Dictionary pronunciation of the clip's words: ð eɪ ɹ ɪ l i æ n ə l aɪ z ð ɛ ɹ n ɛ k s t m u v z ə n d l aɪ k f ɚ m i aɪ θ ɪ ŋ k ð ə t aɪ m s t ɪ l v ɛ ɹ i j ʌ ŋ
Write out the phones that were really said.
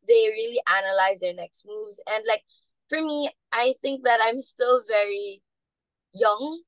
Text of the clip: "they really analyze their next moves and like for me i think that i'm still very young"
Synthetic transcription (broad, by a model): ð eɪ ɹ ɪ l i æ n ə l aɪ z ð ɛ ɹ n ɛ k s t m u v z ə n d l aɪ k f ɚ m i aɪ θ ɪ ŋ k ð ə t aɪ m s t ɪ l v ɛ ɹ i j ʌ ŋ